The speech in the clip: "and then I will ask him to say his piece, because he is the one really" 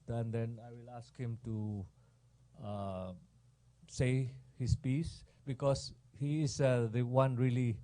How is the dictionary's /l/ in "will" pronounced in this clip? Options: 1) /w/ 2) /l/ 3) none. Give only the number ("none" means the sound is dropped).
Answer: 2